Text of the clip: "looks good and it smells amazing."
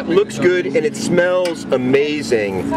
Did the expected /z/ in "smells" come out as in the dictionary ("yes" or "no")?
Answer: yes